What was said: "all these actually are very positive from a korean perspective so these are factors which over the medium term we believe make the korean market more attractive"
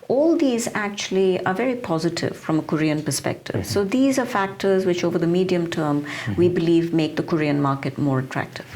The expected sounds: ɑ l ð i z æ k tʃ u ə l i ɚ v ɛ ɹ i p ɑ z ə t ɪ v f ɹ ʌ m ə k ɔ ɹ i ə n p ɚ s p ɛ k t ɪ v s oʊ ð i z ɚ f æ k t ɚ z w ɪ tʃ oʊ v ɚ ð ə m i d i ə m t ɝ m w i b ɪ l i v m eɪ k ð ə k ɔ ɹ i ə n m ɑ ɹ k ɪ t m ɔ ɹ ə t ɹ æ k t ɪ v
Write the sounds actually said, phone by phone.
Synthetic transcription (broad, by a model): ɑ l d i z æ k tʃ u ə l i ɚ v ɛ ɹ i p ɑ z ə t ɪ v f ɹ ʌ m ə k ɔ ɹ i ə n p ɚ s p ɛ k t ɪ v s oʊ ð i z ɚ f æ k t ɚ z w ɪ tʃ oʊ v ɚ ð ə m i d i ə m t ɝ m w i b ɪ l i v m eɪ k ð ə k ɔ ɹ i ə n m ɑ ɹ k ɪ t m ɔ ɹ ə t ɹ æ k t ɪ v